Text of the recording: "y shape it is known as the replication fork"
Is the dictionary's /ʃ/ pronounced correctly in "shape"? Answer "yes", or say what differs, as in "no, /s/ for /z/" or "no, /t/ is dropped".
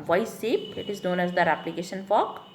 no, /s/ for /ʃ/